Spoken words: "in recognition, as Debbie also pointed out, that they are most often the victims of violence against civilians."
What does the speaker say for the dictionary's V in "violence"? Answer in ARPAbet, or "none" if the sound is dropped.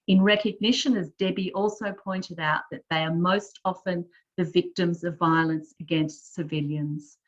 V